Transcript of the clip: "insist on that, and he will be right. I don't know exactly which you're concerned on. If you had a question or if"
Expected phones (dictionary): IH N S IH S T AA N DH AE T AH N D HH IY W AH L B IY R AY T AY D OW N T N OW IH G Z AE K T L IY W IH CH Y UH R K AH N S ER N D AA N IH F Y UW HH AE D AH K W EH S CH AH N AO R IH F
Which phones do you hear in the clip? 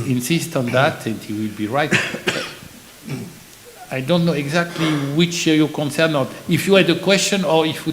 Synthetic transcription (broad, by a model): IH N S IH S T AA N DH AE T AH N D HH IY W AH L B IY R AY T AY D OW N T N OW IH G Z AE K T L IY W IH CH Y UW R K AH N S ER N AA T IH F Y UW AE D AH K W EH S CH AH N AO R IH F